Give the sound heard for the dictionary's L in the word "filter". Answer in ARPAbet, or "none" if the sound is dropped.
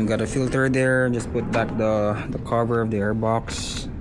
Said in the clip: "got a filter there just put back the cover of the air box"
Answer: L